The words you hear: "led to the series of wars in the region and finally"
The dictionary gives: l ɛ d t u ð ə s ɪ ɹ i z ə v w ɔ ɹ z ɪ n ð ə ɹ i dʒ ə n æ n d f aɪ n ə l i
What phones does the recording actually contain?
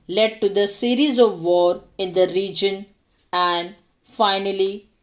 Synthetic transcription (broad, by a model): l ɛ d t u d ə s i ɹ i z ə v ɔ ɹ ɪ n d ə ɹ i dʒ ə n æ n d f aɪ n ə l i